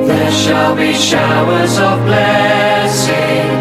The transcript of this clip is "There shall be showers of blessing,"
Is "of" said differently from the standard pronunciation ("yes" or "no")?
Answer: no